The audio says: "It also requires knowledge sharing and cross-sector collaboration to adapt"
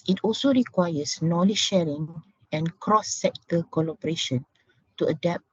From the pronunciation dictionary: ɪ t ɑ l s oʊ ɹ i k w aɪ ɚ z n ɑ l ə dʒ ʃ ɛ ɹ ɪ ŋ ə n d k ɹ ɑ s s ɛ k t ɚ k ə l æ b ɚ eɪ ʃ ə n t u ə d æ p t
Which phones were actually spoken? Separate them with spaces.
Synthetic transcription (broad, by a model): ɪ t ɑ l s oʊ ɹ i k w aɪ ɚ s n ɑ l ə ʃ ɛ ɹ ɪ ŋ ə n k ɹ ɑ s s ɛ k t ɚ k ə l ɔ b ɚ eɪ ʃ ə n t u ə d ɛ p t